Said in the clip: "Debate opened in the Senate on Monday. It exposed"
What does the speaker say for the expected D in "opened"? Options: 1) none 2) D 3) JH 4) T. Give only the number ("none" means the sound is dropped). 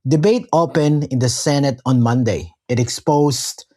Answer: 1